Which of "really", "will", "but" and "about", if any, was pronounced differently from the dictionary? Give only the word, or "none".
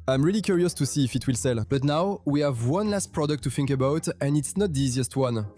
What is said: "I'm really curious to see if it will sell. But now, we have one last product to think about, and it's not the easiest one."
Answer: none